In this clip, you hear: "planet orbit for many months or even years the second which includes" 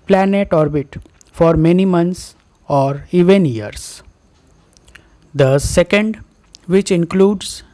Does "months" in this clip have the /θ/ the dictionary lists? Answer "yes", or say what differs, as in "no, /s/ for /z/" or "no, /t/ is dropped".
no, /t/ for /θ/